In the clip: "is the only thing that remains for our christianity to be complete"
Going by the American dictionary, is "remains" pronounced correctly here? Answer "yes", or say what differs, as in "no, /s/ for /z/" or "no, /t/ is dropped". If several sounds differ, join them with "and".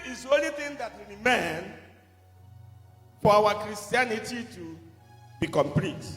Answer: no, /w/ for /ɹ/